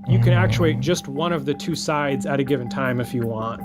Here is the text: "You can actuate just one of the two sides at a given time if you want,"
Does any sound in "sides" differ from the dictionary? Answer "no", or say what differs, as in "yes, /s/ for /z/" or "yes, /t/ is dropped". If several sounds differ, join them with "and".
no